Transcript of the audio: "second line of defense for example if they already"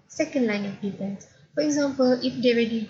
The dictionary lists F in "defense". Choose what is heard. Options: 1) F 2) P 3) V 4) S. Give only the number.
2